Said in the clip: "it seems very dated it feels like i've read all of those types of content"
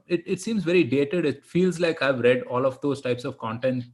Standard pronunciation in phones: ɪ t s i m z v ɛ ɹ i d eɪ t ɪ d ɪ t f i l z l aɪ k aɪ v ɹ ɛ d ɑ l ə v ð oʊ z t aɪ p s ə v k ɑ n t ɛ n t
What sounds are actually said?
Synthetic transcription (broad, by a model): ɪ t s i m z v ɛ ɹ i d eɪ t ɪ d ɪ t f i l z l aɪ k aɪ v ɹ ɛ d ɑ l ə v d oʊ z t aɪ p s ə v k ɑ n t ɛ n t